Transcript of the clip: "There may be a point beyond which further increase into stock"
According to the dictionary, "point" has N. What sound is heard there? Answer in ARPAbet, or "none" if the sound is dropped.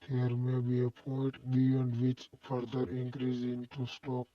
none